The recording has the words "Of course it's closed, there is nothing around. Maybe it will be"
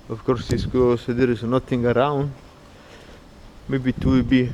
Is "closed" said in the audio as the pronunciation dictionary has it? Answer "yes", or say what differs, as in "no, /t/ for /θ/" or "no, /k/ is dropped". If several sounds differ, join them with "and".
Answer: no, /l/ is dropped